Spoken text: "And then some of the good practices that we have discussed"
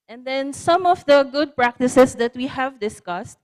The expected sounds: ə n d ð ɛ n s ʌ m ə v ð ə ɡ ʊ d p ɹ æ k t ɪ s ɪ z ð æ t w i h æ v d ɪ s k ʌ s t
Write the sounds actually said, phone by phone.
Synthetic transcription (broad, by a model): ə n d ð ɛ n s ʌ m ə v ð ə ɡ ʊ d p ɹ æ k t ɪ s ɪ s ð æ t w i h æ v d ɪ s k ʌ s t